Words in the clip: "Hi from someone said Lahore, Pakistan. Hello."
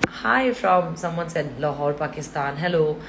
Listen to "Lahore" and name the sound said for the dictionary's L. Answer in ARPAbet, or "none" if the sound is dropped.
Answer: L